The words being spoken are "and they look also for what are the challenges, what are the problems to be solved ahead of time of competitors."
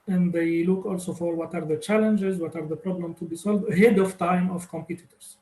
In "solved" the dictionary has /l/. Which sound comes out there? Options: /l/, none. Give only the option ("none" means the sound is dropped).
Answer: /l/